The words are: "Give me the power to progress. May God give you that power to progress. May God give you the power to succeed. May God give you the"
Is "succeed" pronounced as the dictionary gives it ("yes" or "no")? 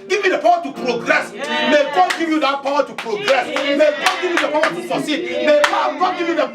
no